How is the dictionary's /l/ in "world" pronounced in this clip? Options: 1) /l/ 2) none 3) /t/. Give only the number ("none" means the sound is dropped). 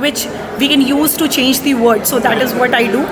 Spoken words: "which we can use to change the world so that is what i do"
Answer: 2